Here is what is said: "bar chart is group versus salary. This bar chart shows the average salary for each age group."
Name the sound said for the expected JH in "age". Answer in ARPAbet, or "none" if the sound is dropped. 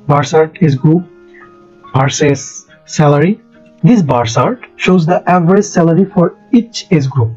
Z